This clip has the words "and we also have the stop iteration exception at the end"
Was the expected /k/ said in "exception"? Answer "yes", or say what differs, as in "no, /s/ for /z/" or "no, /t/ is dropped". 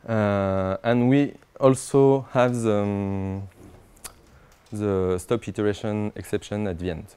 yes